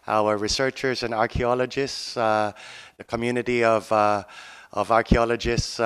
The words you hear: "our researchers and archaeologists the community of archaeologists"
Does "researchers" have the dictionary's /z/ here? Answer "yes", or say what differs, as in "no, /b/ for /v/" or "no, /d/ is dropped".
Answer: yes